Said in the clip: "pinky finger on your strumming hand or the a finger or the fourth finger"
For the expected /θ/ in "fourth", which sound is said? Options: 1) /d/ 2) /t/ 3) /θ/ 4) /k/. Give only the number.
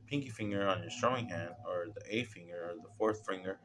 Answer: 3